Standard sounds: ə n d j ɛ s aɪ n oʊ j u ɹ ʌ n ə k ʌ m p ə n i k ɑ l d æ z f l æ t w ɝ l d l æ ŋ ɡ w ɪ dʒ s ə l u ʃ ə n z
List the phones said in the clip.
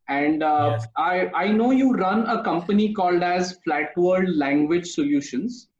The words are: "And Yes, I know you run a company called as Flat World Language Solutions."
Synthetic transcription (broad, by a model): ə n d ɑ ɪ aɪ n oʊ j u ɹ ʌ n ə k ʌ m p ə n i k ɑ l d æ z f l æ t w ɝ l d l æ ŋ ɡ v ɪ dʒ s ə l u ʃ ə n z